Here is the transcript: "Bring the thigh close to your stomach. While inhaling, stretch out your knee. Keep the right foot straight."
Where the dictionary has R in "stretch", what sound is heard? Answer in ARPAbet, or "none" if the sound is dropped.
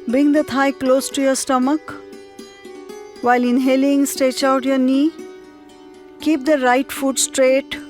none